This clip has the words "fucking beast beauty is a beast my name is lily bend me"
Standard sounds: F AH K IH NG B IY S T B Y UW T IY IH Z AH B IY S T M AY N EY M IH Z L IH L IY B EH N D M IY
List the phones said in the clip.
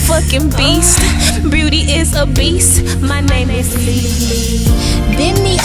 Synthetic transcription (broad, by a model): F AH K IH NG B IY S T B Y UW T IY IH Z AH B IY S T M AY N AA IH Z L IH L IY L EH D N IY